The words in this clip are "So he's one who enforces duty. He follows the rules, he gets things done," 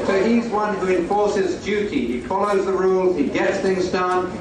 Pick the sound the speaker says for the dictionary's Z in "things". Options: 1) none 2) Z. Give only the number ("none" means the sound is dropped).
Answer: 2